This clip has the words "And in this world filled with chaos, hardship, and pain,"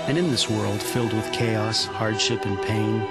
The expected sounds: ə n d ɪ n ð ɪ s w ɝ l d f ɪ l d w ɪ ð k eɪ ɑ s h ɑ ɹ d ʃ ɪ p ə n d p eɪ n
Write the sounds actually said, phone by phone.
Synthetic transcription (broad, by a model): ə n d ɪ n ð ɪ s w ɝ l d f ɪ l d w ɪ ð k eɪ ɑ s h ɑ ɹ d ʃ ɪ p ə n p eɪ n